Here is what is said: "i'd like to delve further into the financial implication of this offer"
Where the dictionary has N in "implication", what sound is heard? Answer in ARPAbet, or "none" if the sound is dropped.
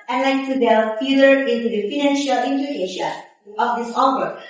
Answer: none